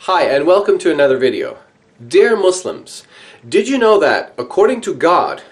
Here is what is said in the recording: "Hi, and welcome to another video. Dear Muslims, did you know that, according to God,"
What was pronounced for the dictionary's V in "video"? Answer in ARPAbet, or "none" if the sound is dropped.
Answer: V